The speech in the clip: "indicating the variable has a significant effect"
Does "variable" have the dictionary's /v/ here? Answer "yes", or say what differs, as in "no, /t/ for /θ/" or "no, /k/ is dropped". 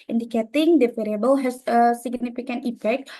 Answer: no, /f/ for /v/